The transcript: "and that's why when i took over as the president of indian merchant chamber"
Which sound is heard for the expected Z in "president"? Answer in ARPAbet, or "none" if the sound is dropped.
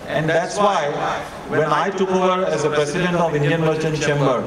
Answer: S